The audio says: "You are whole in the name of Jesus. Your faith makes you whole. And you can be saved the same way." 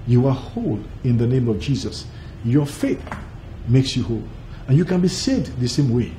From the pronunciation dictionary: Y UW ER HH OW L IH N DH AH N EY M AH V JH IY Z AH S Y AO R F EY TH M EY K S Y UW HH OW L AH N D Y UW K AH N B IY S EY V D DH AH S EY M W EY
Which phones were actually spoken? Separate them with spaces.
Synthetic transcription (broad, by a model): Y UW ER HH OW L IH N DH AH N EY M AH V JH IY Z AH S Y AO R F EY TH M EY K S Y UW HH OW L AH N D Y UW K AH N B IY S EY D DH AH S EY M W EY